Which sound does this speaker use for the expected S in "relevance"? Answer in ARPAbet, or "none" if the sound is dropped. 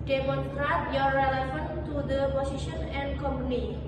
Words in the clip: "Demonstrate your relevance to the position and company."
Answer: none